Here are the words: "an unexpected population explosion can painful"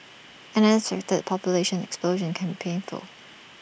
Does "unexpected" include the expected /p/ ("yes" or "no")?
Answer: no